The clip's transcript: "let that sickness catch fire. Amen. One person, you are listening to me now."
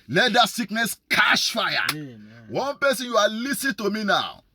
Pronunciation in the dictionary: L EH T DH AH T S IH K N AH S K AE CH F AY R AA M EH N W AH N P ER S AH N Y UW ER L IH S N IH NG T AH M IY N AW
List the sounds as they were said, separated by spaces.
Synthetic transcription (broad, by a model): L EH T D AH T S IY K N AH S K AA SH F AY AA W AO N P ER S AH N Y UW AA L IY S IH T AH M IY N AW